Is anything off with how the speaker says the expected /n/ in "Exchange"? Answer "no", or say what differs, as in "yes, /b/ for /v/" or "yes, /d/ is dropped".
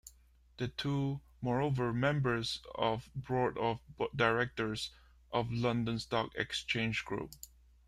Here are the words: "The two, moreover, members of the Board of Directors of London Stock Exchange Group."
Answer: no